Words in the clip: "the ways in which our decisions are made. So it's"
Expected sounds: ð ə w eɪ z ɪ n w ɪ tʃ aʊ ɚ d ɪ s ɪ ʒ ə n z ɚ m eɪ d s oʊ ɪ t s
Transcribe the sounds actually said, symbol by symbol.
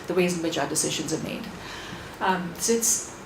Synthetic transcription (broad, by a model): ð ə w eɪ z ɪ n w ɪ tʃ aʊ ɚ d ɪ s ɪ ʒ ə n z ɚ m eɪ d s oʊ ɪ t s